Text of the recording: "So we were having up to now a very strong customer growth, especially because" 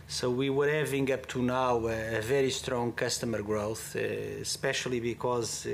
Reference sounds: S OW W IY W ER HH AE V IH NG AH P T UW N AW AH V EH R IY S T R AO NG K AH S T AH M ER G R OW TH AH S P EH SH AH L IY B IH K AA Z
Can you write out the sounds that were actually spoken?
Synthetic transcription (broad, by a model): S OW W IY W ER HH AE V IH NG AH P T UW N AW AH V EH R IY S T R AO NG K AH S T AH M ER G R OW TH S P EH SH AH L IY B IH K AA Z